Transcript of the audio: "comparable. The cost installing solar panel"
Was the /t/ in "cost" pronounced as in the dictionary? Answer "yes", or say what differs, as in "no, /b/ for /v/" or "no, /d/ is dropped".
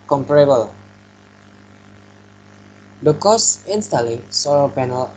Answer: no, /t/ is dropped